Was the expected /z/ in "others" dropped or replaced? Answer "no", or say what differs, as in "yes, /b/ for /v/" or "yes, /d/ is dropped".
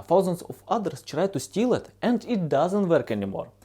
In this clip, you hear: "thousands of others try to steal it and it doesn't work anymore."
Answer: yes, /s/ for /z/